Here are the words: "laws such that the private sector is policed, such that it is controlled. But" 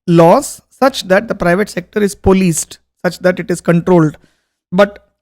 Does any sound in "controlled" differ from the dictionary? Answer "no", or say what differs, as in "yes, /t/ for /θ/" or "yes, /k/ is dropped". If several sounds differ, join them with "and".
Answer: no